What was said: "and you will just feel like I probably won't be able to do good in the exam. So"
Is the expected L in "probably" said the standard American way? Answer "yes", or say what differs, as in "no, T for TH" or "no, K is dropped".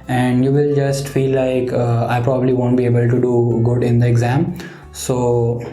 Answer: yes